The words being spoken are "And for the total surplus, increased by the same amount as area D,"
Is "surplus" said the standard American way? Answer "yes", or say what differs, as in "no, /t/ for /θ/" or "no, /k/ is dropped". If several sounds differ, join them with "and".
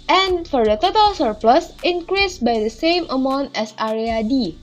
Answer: yes